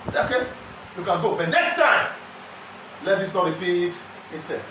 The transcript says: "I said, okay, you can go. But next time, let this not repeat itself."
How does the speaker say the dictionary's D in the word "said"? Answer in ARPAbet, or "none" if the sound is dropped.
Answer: none